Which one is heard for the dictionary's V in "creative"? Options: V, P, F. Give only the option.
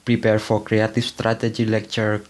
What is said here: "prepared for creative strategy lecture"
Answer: F